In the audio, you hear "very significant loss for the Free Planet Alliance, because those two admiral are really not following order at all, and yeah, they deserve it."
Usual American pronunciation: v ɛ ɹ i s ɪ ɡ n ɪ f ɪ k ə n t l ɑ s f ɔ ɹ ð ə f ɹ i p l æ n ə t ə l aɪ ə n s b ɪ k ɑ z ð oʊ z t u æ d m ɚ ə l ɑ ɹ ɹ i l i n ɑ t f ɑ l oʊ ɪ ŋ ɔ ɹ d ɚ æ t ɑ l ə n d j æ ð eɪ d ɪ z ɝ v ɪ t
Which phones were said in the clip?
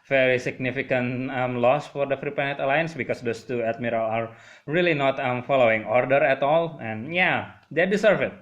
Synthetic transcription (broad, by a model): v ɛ ɹ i s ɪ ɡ n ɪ f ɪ k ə n t l ɑ s f ɔ ɹ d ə f ɹ i p ɛ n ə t ə l aɪ ə n s b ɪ k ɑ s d oʊ s t u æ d m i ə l ɑ ɹ ɹ i l i n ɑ t f ɑ l oʊ ɪ ŋ ɔ ɹ d ɚ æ t ɑ l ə n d j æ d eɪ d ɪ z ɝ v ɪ t